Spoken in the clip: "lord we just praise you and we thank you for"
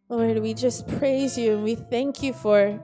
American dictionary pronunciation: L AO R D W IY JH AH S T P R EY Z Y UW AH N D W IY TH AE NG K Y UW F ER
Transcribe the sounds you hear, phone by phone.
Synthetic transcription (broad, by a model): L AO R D W IY JH AH S P R EY Z Y UW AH N W IY TH AE NG K Y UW F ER